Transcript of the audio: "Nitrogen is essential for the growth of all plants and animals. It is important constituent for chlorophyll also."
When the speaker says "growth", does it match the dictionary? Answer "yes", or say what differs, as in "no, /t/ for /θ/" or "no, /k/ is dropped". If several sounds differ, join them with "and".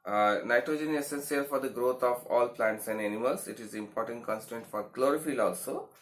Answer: no, /t/ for /θ/